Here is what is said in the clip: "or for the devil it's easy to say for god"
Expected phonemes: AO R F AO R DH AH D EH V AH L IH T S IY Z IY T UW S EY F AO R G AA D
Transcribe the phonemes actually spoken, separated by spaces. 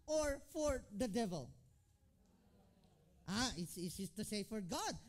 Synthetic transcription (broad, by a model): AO R F AO R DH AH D EH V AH L IH T S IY S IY T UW S EY F AO R G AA D